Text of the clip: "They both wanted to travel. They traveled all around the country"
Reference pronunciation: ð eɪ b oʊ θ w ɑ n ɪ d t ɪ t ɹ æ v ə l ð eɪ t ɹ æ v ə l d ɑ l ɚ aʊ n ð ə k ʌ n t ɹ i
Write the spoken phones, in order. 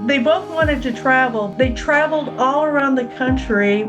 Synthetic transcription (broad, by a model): ð eɪ b oʊ θ w ɑ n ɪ d t ɪ t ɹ æ v l ð eɪ t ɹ æ v l d ɑ l ɚ aʊ n ð ə k ʌ n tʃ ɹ i